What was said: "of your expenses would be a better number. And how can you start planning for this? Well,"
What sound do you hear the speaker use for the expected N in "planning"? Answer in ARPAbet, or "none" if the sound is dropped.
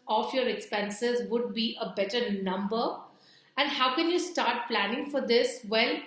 N